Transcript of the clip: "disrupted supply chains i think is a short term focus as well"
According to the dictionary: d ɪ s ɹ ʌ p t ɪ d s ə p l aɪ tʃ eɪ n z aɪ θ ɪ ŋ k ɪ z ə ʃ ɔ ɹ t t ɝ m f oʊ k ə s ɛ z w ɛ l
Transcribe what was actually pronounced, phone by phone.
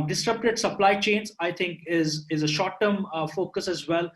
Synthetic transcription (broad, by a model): d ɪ s ɹ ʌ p t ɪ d s ə p l aɪ tʃ eɪ n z aɪ t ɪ ŋ k ɪ z ə ʃ ɔ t t ɝ m f oʊ k ə s ɛ z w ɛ l